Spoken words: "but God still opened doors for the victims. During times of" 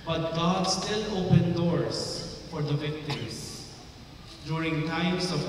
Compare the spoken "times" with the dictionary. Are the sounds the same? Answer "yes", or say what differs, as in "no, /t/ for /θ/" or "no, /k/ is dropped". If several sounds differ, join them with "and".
no, /s/ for /z/